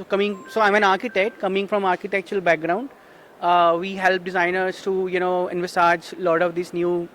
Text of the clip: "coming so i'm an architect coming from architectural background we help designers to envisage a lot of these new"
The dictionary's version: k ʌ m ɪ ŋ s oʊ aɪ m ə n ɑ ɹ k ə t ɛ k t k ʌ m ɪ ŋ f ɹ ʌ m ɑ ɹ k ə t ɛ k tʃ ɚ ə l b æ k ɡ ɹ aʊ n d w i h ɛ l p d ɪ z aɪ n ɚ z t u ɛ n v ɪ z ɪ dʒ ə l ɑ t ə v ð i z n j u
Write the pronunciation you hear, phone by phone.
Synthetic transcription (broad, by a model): k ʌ m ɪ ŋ s oʊ aɪ m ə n ɑ ɹ k ə t ɛ k t k ʌ m ɪ ŋ f ɹ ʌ m ɑ ɹ k ə t ɛ k tʃ ɚ ə l b æ k ɡ ɹ aʊ n d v i h ɛ l p d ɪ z aɪ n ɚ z t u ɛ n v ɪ s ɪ dʒ l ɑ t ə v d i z n j u